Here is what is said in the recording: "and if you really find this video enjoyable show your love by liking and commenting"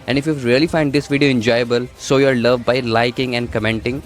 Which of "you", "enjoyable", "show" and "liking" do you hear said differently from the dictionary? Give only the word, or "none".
show